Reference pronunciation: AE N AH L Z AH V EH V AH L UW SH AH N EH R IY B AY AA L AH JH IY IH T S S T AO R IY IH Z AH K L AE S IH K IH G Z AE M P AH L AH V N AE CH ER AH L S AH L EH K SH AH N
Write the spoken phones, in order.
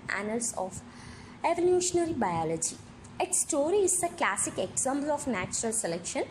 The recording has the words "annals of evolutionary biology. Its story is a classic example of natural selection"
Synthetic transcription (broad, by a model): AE N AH L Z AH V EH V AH L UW SH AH N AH R IY B AY AA L AH JH IY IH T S S T AO R IY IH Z AH K L AE S IH K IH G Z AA M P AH L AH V N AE CH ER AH L S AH L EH K SH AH N